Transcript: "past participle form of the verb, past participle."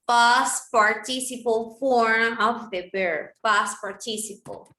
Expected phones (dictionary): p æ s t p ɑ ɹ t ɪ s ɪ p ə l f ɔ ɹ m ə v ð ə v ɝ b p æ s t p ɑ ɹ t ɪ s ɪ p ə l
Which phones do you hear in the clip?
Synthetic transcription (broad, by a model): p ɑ s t p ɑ ɹ t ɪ s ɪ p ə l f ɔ ɹ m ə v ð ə b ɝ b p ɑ s p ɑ ɹ t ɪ s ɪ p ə l